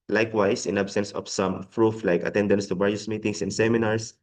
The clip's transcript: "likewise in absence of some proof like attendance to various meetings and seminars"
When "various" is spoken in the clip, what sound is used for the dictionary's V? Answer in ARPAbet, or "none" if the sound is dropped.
B